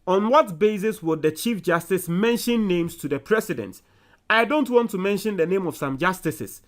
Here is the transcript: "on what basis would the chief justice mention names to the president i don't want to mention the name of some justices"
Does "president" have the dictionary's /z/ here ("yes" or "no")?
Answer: no